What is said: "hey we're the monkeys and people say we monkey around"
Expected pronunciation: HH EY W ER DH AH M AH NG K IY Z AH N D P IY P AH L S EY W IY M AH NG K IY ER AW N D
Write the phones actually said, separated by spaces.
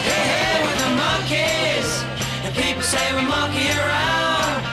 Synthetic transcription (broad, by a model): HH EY W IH DH AH M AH K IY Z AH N P IY P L S EY W IY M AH K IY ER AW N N